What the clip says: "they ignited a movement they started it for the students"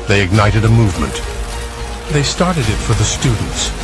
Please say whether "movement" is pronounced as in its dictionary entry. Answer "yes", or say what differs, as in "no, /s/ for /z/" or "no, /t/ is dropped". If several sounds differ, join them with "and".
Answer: yes